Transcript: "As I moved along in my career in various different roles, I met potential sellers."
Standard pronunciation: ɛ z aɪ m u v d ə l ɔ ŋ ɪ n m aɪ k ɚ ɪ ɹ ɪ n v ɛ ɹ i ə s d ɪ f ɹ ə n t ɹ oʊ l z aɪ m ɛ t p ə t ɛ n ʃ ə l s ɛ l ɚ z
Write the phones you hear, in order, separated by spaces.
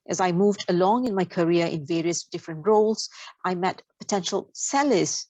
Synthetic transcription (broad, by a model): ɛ z aɪ m u v d ə l ɔ ŋ ɪ n m aɪ k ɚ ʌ ɹ ɪ n v ɛ ɹ i ə s d ɪ f ɹ ə n t ɹ oʊ l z aɪ m ɛ t p ə t ɛ n ʃ ə l s ɛ l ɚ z